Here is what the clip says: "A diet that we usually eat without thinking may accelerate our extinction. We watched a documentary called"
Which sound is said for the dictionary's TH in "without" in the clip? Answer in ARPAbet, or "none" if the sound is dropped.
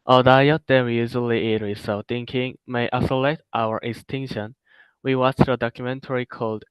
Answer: S